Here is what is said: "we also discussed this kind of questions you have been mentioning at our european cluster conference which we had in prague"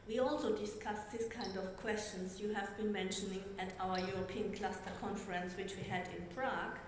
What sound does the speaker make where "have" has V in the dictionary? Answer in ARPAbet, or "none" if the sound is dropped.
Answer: V